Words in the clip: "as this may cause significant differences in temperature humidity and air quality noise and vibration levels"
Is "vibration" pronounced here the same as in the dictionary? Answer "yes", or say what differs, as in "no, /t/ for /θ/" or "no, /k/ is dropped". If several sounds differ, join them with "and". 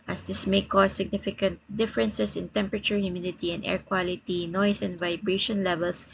yes